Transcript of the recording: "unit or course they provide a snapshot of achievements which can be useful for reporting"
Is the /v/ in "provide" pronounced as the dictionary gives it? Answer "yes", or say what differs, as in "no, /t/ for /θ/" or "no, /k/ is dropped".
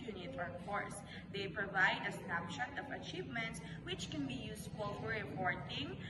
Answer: yes